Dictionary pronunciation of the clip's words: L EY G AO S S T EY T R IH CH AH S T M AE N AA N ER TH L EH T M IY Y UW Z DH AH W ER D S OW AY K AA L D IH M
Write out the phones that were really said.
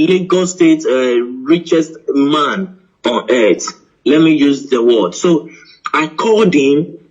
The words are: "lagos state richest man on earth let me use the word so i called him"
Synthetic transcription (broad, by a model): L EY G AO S S T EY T R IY CH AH S T M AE N AA N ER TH L EH T M IY Y UW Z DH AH W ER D S OW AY K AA D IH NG